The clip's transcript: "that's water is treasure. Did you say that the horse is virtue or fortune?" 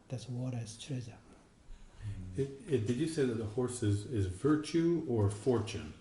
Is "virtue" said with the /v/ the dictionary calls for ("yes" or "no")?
yes